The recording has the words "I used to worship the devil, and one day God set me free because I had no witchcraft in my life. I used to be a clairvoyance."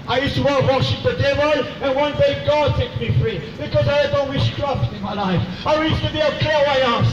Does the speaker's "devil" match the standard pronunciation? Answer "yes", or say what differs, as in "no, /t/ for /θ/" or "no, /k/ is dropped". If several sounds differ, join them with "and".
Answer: no, /n/ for /l/